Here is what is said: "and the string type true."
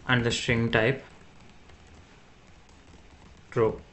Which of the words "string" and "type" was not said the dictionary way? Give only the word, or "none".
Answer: none